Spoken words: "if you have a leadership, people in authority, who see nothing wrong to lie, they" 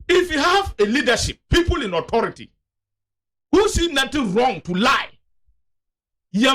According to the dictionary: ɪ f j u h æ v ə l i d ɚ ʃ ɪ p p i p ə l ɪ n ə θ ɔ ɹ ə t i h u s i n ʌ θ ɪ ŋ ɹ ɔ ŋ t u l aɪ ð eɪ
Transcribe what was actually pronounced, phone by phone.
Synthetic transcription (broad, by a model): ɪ f j u h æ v ə l i d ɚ ʃ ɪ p p i p ə l ɪ n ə t ɔ ɹ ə t i h u s i n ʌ t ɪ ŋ ɹ ɔ ŋ t u l aɪ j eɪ